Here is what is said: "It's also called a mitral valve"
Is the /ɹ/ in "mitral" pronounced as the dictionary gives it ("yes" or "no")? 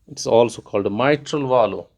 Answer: yes